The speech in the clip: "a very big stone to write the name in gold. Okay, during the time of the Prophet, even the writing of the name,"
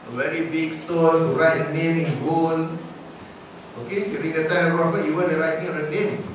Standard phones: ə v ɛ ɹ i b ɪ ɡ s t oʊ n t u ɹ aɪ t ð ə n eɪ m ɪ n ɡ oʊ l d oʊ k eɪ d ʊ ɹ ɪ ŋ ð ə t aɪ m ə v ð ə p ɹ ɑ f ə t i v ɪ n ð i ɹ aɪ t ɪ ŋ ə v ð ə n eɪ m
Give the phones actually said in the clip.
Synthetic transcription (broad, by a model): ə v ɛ ɹ i b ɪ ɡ s t oʊ n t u ɹ aɪ t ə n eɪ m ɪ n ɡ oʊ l oʊ k eɪ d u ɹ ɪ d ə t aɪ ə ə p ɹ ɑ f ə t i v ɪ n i ɹ aɪ t ɪ ŋ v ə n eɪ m